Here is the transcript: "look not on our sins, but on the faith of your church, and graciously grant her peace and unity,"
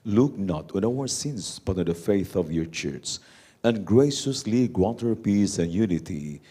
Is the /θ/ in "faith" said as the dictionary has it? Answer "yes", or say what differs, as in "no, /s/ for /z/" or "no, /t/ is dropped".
yes